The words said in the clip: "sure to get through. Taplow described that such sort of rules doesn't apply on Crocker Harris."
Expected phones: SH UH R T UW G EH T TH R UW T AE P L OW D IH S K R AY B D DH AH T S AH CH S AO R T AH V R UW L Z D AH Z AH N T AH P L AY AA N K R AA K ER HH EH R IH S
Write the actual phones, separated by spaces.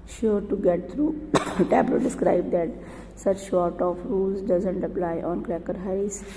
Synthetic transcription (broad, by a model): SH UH R T UW G EH T T R UW T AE B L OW D IH S K R AY B D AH T S AH CH SH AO R T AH F R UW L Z D AH Z AH N T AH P L AY AA N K R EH K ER HH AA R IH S